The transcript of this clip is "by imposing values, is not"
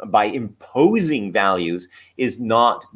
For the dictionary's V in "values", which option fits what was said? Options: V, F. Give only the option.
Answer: V